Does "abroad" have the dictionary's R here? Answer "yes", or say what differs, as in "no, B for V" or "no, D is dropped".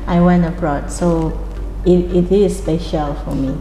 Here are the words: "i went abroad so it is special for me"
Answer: yes